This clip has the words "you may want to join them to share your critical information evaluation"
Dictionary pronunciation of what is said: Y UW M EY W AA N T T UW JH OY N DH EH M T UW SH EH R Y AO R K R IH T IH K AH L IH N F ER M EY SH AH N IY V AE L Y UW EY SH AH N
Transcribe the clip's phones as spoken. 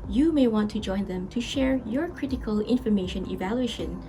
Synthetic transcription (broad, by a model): Y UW M EY W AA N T T UW JH OY N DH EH M T UW SH EH R Y AO R K R IH T IH K AH L IH N F ER M EY SH AH N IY V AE L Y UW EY SH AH N